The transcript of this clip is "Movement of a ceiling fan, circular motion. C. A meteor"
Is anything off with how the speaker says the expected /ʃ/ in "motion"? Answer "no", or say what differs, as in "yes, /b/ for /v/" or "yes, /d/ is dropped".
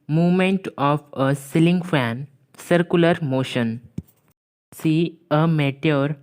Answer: no